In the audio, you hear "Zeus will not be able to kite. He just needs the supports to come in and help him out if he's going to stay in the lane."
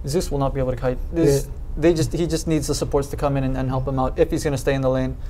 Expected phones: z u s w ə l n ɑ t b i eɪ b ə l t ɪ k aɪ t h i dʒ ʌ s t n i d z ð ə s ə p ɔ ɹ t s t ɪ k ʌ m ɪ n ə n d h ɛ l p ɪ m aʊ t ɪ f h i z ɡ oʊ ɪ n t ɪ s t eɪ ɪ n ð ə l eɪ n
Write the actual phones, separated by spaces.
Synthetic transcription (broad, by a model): z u s w ə l n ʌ t b i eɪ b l t ɪ k aɪ t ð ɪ dʒ ʌ s t n i d z ð ə s ə p ɔ ɹ t s t ɪ k ʌ m ɪ n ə n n h ɛ l p ɪ m aʊ t ɪ f h i z ɡ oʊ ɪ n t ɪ s t eɪ ɪ n ð ə l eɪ n